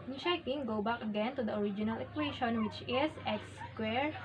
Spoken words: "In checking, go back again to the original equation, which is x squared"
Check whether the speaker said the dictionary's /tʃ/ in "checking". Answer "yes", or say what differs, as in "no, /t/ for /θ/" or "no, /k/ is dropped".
no, /ʃ/ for /tʃ/